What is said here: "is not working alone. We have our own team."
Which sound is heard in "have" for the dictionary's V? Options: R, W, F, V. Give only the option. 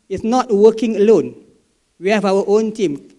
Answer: W